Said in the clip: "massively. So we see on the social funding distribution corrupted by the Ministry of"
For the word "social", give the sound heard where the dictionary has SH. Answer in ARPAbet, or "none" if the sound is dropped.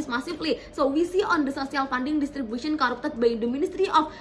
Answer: S